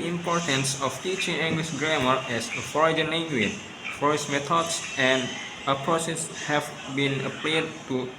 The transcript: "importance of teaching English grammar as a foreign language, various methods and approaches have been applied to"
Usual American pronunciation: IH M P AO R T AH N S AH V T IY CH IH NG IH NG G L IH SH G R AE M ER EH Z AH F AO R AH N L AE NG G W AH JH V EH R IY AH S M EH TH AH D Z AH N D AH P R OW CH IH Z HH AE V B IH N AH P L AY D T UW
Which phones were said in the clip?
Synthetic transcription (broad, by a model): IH M P AO R T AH N S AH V T IY CH IH NG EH NG G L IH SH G R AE M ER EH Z AH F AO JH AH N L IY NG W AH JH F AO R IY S M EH T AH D S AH N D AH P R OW S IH S HH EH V B IH N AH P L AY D T UW